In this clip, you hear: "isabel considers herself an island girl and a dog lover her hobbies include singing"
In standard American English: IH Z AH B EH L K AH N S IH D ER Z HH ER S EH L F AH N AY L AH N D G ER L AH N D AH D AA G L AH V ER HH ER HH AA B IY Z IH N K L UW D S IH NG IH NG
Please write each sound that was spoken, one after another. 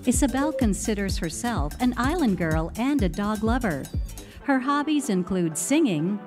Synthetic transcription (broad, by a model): IH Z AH B EH L K AH N S IH D ER Z HH ER S EH L F AH N AY L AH N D G ER L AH N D AH D AA G L AH V ER HH ER HH AA B IY Z IH N K L UW D S IH NG IH NG